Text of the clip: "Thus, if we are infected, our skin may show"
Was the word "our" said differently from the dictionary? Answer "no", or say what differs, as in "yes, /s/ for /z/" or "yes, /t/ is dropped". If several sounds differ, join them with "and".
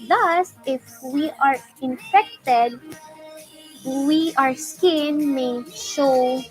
no